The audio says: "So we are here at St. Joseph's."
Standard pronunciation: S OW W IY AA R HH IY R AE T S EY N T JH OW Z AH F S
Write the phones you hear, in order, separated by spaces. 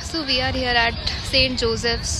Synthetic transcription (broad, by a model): S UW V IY AA R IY R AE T S EY N T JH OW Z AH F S